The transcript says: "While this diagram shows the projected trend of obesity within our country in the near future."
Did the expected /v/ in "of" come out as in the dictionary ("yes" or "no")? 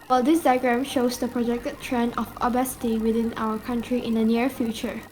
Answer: no